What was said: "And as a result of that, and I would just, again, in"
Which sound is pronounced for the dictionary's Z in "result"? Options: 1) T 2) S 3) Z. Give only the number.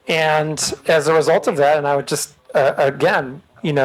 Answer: 3